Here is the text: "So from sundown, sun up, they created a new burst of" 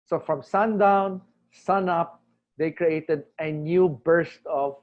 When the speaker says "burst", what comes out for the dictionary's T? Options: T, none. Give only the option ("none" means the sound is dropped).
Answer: T